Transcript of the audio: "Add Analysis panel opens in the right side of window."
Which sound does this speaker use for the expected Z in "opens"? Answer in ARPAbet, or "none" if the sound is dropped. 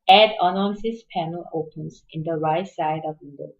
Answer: S